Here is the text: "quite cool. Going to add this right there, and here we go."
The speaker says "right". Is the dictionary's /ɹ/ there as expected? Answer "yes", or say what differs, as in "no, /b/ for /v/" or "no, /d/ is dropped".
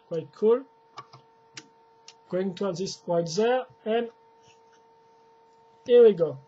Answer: no, /w/ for /ɹ/